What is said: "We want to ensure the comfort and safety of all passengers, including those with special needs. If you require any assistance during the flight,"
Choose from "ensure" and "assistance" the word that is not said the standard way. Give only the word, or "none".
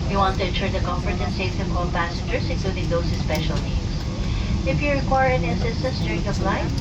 assistance